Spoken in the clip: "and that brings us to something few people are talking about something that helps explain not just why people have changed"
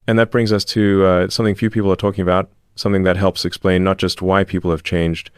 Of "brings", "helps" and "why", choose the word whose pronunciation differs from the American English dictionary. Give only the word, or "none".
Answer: none